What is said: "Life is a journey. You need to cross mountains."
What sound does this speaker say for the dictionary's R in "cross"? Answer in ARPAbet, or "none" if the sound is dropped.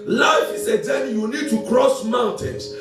R